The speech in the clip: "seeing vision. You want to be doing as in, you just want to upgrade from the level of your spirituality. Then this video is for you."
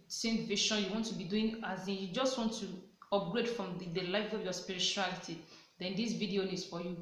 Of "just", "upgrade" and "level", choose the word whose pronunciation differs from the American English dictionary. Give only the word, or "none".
level